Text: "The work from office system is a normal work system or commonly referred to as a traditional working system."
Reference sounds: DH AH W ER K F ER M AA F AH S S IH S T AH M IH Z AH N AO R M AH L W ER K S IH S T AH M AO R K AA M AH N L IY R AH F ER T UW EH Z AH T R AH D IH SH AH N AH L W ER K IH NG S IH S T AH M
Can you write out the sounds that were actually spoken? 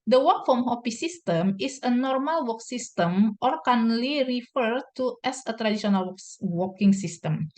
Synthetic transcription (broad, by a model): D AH W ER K F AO M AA P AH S S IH S T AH M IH S AH N AO R M AH L W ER K S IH S T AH M AO R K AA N L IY R AH F ER T UW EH S AH T R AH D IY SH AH N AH L W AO K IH NG S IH S T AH M